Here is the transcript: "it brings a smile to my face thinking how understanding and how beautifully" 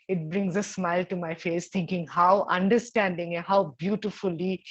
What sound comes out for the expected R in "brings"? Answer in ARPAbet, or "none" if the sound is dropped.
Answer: R